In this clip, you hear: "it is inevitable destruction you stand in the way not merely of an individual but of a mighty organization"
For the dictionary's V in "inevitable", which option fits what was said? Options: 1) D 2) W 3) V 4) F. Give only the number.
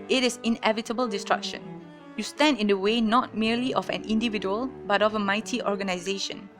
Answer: 3